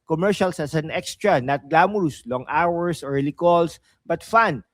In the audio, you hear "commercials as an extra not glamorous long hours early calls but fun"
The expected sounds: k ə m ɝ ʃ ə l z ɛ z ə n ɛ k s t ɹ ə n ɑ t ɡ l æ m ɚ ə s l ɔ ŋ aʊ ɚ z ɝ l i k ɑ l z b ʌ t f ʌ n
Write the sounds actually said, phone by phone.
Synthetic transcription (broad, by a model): k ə m ɝ ʃ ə l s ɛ s ə n ɛ k s t ɹ ə n ɑ t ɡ l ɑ m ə s l ɔ ŋ aʊ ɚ s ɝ l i k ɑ l s b ʌ t f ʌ n